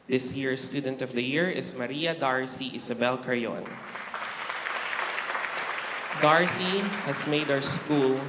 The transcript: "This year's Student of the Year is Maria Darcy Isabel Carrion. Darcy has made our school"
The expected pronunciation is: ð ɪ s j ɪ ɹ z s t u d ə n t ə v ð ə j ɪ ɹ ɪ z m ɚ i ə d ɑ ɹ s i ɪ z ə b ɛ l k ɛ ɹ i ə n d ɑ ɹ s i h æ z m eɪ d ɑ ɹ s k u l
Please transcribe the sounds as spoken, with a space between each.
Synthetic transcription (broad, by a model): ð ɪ s j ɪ ɹ s t u d ə n t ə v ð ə j ɪ ɹ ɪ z m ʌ i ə d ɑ ɹ s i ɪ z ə b ɛ l k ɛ ɹ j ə n d ɑ ɹ s i h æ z m eɪ d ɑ w s k u l